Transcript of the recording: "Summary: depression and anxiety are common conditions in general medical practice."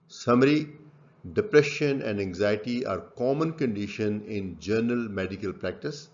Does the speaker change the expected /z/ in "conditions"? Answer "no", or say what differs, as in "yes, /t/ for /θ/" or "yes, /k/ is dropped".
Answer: yes, /z/ is dropped